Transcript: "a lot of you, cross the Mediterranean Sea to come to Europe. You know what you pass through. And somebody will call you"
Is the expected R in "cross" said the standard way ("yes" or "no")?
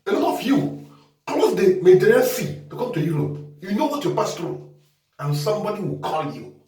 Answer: no